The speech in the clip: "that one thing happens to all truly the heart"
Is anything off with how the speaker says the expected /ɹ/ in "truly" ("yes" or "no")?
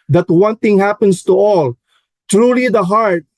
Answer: no